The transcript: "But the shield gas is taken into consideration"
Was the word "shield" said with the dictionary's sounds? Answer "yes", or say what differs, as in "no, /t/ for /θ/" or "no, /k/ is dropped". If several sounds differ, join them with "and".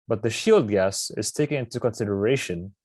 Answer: yes